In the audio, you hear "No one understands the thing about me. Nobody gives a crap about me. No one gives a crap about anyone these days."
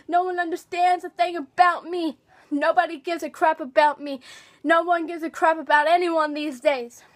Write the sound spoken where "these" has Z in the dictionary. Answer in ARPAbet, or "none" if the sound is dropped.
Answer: Z